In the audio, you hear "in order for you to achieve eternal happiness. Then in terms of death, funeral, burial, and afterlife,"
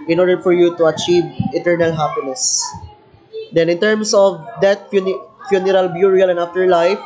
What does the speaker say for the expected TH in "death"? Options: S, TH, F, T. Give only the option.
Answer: F